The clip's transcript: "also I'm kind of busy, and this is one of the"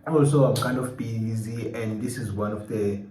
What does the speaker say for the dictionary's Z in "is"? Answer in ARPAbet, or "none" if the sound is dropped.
Z